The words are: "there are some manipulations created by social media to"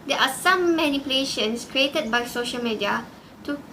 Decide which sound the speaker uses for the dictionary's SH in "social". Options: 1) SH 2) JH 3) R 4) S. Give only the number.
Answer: 1